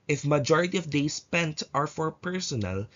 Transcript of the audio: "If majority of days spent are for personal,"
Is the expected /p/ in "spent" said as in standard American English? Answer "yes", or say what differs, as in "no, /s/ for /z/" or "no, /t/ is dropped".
yes